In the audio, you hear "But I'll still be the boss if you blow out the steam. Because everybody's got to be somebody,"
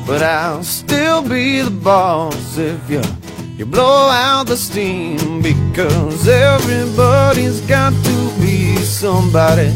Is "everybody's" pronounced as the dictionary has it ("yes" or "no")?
yes